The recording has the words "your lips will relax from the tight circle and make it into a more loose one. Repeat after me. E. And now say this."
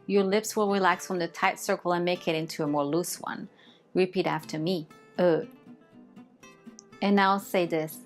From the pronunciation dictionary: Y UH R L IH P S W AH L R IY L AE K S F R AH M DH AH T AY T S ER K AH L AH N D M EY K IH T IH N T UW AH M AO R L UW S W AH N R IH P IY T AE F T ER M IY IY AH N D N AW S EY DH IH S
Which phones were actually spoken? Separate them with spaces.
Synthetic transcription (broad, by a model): Y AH R L IH P S W AH L R IY L AE K S F R AH M DH AH T AY T S ER K L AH N M EY K IH T IH N T UW AH M AO R L UW S W AH N R IH P IY T AE F T ER M IY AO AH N N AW S EY DH IH S